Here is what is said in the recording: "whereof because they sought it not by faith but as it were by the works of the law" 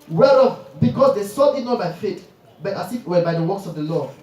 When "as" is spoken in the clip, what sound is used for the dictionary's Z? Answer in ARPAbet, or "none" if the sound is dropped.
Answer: S